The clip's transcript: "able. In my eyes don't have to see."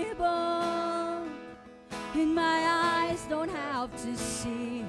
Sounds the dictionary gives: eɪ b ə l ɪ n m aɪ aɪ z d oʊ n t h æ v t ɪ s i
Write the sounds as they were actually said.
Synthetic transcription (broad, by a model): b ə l ɪ n m aɪ aɪ z d oʊ n t h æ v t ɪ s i